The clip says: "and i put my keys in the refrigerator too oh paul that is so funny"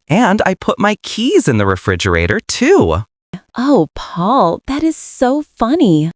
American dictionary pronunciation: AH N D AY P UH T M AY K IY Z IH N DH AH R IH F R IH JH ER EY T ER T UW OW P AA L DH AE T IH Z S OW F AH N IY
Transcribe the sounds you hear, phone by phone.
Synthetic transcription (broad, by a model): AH N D AY P UH T M AY K IY Z IH N DH AH R IH F R IH JH ER EY T ER T UW OW P AA L DH AE T IH Z S OW F AH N IY